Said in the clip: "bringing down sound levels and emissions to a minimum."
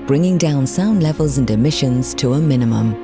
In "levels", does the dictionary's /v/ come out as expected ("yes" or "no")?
yes